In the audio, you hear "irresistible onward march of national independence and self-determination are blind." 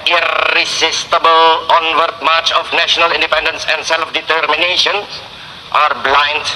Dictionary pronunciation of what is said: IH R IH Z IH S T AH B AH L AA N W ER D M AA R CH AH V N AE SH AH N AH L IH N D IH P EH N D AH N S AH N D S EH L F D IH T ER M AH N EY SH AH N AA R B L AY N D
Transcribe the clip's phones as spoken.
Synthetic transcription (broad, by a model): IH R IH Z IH S T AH B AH L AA N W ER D M AA R CH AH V N AE SH AH N AH L IH N D IH P EH N D AH N S AH N D S EH L F D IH T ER M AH N EY SH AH N AA R B L AY N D